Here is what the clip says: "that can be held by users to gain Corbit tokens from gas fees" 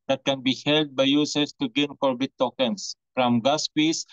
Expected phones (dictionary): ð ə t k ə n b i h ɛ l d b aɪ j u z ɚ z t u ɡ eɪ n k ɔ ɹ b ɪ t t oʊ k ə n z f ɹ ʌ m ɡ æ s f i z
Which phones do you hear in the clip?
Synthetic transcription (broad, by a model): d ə t k ə n b i h ɛ l d b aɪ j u s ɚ s t u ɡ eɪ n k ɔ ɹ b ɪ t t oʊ k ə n s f ɹ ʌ m ɡ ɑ s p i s